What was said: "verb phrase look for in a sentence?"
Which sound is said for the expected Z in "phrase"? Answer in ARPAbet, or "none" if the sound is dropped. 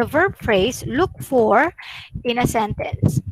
S